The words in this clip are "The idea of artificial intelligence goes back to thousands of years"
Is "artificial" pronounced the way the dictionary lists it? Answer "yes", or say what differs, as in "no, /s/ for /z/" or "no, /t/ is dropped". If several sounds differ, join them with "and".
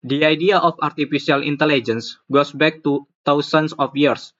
no, /s/ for /ʃ/